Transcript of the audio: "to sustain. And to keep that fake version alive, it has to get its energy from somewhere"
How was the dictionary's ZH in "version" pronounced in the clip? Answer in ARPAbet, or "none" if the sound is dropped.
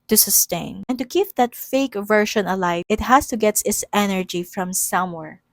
SH